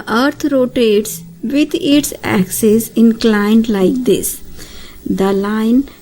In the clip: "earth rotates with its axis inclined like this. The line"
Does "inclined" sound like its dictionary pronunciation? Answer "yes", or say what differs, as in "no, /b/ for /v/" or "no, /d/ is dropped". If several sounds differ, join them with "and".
yes